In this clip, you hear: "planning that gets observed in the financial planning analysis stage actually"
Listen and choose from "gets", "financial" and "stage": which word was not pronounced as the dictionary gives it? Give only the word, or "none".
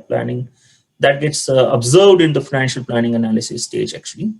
none